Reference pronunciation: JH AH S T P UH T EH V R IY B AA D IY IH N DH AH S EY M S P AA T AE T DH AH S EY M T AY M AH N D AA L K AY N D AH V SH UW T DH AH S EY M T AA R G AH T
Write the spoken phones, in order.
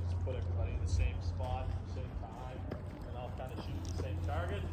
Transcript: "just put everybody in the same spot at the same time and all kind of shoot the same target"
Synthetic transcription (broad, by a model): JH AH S P UH T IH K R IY IH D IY IH N DH AH S EY M S P AA T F DH AH S EY M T AY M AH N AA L K AY N D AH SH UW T DH AH S EY M T AA R G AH T